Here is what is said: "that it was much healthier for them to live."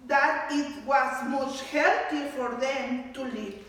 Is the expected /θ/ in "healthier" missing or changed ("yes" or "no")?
yes